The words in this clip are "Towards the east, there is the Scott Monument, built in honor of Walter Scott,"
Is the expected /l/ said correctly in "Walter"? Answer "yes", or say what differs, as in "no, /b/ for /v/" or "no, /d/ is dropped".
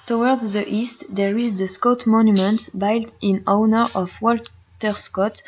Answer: yes